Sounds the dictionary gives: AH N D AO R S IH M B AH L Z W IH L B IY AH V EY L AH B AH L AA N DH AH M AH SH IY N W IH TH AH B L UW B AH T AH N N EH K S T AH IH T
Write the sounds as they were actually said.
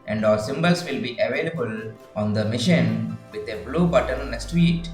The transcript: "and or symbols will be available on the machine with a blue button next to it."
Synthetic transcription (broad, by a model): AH N D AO L S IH M B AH L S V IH L B IY AH V EY L AH B AH L AA N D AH M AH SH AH N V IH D AH B L UW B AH T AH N N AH S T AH T